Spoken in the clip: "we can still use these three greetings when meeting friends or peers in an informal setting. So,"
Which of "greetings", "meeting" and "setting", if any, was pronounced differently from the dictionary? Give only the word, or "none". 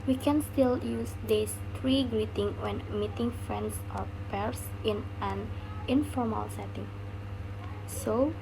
greetings